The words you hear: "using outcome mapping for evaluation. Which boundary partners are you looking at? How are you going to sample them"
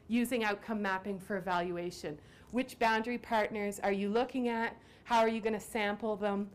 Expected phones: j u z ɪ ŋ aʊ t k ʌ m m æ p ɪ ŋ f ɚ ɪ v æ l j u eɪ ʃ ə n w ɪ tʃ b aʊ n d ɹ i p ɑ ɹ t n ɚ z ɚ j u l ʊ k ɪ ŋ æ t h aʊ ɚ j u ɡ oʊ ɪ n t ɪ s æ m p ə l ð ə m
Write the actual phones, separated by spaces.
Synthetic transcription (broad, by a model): j u z ɪ ŋ aʊ t k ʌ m m æ p ɪ ŋ f ɚ ɪ v æ l j u eɪ ʃ ə n w ɪ tʃ b aʊ n d ɹ i p ɑ ɹ t n ɚ z ɚ j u l ʊ k ɪ ŋ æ t h aʊ ɚ j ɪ ɡ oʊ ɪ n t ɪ s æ m p l ð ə m